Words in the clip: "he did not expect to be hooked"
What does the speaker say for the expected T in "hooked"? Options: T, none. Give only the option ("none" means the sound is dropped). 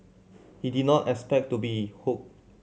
none